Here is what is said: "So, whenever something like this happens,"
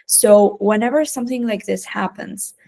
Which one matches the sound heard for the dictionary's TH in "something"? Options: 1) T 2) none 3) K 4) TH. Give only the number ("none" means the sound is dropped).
4